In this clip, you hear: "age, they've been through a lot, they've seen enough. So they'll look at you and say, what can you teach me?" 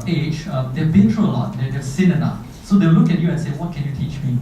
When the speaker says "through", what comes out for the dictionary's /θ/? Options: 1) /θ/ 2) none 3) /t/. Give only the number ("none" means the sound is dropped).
3